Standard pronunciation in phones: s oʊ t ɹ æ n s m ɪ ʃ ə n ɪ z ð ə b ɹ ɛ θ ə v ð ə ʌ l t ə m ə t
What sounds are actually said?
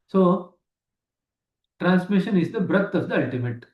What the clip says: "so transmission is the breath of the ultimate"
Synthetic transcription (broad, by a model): s oʊ t ɹ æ n s m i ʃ ə n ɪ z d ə b ɹ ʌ t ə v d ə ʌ l t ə m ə t